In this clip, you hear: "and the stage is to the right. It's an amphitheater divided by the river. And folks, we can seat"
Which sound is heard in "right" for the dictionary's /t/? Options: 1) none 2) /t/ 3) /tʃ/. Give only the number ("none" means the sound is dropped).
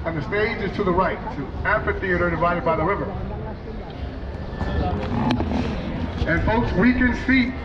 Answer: 1